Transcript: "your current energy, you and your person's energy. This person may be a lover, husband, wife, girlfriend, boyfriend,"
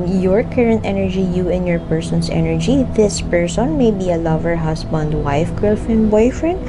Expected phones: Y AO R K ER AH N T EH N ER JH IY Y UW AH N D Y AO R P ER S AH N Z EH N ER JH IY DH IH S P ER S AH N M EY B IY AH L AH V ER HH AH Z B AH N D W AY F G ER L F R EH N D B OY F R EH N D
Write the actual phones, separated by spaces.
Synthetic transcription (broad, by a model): Y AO R K ER AH N T EH N ER JH IY Y UW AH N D Y AO R P ER S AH N S EH N ER JH IY DH IH S P ER S AH N M EY B IY AH L AH V ER HH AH S B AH N D W AY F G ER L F EH N B OY F R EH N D